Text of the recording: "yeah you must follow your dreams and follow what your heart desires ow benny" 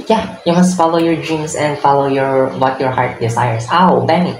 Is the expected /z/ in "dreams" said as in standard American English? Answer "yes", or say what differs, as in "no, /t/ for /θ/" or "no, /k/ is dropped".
no, /s/ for /z/